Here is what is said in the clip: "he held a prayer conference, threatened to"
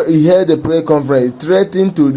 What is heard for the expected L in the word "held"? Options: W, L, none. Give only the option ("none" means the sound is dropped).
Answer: none